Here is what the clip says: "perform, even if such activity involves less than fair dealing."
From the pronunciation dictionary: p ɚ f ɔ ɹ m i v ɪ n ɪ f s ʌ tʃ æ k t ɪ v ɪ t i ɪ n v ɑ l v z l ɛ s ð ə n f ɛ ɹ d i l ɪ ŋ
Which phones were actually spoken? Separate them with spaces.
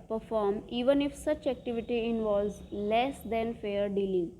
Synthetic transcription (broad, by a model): p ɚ f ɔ ɹ m i v ɪ n ɪ f s ʌ tʃ æ k t ɪ v ɪ t i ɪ n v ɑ l v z l ɛ s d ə n f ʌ ɹ d i l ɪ ŋ